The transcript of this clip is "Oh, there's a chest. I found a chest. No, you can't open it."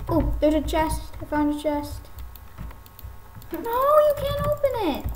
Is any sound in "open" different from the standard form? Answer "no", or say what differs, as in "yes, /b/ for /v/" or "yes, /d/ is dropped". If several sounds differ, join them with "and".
no